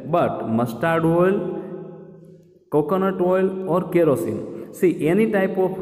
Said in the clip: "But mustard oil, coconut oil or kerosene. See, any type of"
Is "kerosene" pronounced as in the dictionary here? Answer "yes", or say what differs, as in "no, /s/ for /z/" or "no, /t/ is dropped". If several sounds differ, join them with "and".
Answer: yes